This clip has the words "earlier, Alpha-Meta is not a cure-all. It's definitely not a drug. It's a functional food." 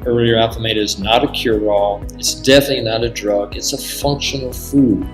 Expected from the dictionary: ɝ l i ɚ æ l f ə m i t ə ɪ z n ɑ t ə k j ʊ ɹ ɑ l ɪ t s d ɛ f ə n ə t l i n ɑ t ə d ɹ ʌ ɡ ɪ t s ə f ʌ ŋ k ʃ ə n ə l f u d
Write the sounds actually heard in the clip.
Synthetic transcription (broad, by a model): ɝ l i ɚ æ f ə m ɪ t ɪ z n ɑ t ə k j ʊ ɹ ɑ l ɪ t s d ɛ f ə n ə t l i n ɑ t ə d ɹ ʌ ɡ ɪ t s ə f ʌ ŋ k ʃ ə n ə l f u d